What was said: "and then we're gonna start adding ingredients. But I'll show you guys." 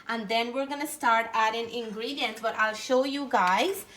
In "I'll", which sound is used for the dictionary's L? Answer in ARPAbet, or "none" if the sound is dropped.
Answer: L